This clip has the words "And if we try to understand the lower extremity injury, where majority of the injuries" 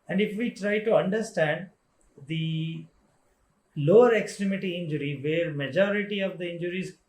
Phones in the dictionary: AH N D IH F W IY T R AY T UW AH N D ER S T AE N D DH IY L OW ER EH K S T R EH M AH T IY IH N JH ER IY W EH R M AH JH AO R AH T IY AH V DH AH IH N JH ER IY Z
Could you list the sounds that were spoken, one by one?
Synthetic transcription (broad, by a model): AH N D IH F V IY T R AY T UW AH N D ER S T AE N D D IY L OW ER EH K S T R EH M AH T IY IH N JH ER IY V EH R M AH JH AO R AH T IY AH V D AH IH N JH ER IY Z